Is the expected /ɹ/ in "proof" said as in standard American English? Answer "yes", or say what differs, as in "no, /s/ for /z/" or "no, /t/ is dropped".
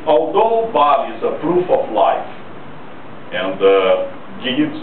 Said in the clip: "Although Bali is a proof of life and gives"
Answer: yes